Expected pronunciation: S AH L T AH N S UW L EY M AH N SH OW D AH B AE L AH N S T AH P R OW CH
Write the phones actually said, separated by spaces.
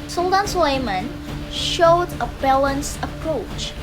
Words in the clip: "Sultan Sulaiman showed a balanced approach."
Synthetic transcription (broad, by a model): S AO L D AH N S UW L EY M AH N SH OW D AH B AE L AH N S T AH P R OW CH